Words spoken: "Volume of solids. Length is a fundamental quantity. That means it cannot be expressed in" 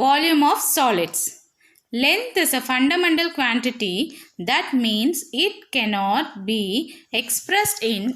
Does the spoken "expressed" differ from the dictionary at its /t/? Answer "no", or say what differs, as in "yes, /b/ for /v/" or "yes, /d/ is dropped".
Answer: no